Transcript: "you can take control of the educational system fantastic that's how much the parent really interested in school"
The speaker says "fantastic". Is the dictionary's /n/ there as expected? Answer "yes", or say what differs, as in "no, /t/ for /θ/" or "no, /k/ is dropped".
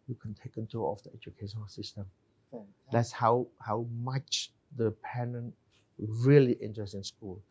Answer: no, /n/ is dropped